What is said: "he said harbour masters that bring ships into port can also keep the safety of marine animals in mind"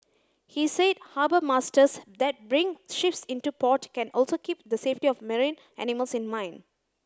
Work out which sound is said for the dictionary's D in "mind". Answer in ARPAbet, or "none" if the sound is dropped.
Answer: none